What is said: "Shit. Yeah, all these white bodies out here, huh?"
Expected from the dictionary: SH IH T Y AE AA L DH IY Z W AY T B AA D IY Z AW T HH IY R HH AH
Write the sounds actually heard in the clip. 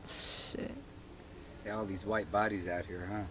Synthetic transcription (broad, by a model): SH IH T AA L DH IY Z W AY T B AA D IY Z AW T HH IY R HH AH